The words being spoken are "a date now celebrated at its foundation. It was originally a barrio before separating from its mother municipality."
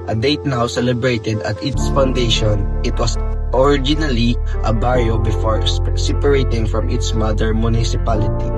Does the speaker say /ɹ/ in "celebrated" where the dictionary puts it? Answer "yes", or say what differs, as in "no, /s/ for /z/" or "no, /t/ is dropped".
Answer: yes